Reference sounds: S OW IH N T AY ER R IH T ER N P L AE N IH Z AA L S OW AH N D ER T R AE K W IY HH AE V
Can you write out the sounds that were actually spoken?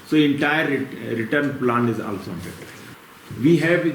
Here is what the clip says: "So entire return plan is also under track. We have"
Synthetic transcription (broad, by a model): S OW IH N T AY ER R IH T ER N P L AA N IH Z AA L S OW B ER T AH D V IY HH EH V